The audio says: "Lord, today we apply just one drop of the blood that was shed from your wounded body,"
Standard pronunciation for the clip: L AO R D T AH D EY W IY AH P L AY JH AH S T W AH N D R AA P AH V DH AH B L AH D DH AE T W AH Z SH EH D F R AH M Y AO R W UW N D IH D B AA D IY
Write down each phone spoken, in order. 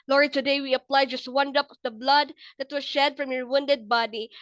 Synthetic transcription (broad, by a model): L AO R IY T AH D EY W IY AH P L AY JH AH S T W AH N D AA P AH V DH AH B L AH D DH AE T W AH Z SH EH D F R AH M Y AO R W UW N D IH D B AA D IY